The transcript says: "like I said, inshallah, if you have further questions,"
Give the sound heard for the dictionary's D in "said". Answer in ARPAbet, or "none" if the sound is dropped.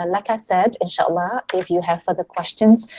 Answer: D